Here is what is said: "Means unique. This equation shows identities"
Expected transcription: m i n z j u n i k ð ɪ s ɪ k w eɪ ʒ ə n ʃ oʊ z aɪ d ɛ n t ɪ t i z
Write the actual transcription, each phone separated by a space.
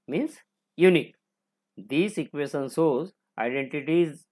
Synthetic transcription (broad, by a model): m i n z j u n i k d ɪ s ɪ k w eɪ ʃ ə n s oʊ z aɪ d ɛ n t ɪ t i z